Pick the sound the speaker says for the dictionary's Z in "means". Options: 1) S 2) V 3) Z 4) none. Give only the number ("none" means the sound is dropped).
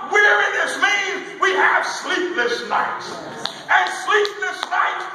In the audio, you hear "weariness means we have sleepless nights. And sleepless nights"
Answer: 4